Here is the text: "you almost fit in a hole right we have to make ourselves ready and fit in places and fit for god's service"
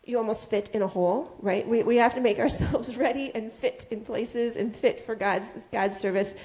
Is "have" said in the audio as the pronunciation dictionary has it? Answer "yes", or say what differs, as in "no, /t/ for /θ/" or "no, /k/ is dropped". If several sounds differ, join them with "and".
no, /f/ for /v/